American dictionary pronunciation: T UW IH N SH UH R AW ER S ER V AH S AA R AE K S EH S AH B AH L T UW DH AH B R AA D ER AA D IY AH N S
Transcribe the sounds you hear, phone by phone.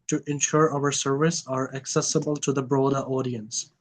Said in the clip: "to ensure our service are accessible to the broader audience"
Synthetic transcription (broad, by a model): T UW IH N SH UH R AW ER S ER V AH S AA R AE K S EH S AH B AH L T UW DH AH B R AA D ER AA D IY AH N S